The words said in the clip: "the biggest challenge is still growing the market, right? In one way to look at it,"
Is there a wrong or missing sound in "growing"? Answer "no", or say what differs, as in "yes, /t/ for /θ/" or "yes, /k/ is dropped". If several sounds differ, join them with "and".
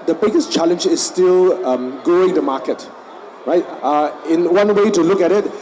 yes, /ɹ/ is dropped